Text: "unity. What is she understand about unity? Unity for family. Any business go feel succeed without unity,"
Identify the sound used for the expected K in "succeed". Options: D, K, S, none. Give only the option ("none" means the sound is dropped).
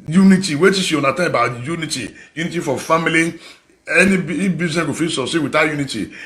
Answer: none